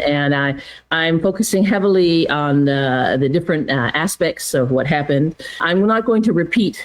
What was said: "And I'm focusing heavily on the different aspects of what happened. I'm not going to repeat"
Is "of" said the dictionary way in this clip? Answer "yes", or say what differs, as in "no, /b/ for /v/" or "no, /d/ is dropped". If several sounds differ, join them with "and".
yes